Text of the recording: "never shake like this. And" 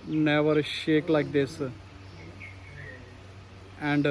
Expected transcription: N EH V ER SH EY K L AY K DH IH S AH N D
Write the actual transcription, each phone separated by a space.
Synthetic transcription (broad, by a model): N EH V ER SH EY K L AY K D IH S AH N D